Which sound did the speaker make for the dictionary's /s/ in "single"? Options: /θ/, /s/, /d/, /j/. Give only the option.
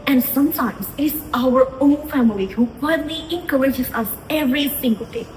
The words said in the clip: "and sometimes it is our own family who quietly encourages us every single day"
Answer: /θ/